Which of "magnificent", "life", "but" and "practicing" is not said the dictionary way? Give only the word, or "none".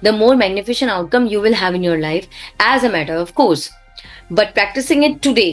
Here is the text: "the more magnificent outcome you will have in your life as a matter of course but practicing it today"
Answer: magnificent